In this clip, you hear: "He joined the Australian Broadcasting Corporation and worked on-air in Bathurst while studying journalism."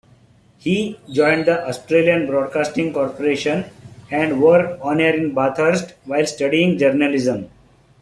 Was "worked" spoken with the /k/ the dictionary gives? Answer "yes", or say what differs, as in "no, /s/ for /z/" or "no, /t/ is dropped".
no, /k/ is dropped